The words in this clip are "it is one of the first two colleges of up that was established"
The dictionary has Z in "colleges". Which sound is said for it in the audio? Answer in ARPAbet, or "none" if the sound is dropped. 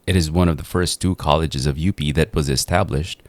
Z